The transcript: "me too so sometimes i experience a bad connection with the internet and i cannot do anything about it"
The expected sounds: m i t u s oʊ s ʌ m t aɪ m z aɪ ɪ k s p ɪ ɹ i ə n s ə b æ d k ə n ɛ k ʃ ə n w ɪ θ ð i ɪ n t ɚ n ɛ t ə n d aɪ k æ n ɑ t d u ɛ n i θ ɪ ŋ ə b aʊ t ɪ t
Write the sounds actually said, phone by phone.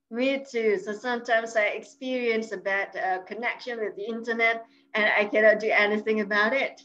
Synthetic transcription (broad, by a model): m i t u s oʊ s ʌ m t aɪ m z aɪ ɪ k s p ɪ ɹ i ə n s ə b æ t k ə n ɛ k ʃ ə n w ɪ ð i ɪ n t ɚ n ɛ t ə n aɪ k æ n ɑ t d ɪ ɛ n i θ ɪ ŋ ə b aʊ t ɪ t